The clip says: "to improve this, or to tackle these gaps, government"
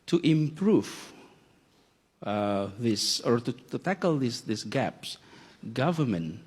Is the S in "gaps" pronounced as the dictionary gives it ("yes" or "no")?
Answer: yes